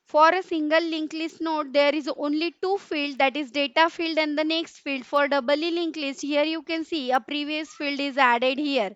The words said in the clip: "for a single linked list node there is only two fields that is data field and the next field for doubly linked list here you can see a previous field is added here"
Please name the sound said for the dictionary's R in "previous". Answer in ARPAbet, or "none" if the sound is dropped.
R